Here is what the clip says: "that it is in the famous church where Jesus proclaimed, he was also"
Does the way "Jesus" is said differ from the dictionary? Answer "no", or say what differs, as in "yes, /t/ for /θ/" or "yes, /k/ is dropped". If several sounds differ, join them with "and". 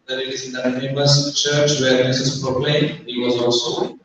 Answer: yes, /s/ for /z/